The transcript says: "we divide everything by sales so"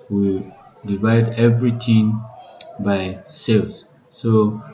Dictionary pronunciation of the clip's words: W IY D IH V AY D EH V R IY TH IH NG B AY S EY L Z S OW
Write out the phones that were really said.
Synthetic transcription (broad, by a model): W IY D IH V AY D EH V R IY T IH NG B AY S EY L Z S OW